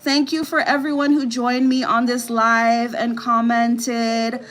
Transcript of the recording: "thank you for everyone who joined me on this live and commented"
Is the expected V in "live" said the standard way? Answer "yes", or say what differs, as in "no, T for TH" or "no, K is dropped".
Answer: yes